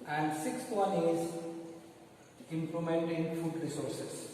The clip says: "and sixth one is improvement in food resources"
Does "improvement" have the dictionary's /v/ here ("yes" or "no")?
no